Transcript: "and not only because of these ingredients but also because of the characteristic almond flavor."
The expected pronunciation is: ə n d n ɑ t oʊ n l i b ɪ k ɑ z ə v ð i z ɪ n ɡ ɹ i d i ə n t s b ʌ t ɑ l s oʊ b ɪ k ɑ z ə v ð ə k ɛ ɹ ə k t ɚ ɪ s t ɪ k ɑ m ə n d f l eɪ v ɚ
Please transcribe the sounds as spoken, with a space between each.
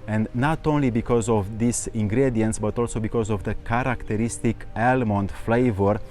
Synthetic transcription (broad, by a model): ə n d n ɑ t oʊ n l i b ɪ k ɑ z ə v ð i s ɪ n ɡ ɹ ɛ d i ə n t s b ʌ t ɑ l s oʊ b ɪ k ɑ z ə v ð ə k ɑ ɹ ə k t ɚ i s t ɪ k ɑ m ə n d f l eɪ v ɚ